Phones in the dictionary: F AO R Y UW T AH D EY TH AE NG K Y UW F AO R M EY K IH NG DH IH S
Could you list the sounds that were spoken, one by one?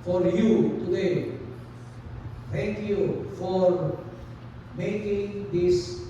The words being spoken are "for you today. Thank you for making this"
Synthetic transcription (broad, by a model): F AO R Y UW T AH D EY T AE NG K Y UW F AO R M EY K IH NG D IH S